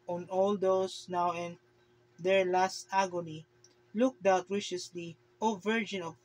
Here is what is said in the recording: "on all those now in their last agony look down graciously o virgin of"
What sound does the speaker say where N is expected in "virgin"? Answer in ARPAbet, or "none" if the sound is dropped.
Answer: N